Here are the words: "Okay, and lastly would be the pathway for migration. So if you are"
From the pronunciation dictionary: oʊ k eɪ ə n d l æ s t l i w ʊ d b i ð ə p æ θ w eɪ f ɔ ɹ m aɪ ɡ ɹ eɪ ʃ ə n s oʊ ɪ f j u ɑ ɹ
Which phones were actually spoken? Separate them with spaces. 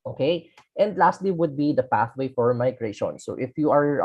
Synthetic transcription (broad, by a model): oʊ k eɪ ə n d l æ s t l i w ʊ d b i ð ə p æ θ w eɪ f ɔ ɹ m aɪ ɡ ɹ eɪ ʃ ə n s oʊ ɪ f j u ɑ ɹ